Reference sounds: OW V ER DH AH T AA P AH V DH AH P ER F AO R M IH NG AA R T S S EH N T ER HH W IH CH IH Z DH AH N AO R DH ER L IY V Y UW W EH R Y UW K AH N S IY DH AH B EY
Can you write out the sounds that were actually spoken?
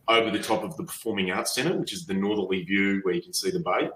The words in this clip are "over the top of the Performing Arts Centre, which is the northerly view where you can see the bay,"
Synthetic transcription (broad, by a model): OW V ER DH AH T AA P AH V DH AH P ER F AO R M IH NG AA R T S S EH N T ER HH W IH CH IH Z DH AH N AO R DH ER L IY V Y UW W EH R Y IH K N S IY DH AH B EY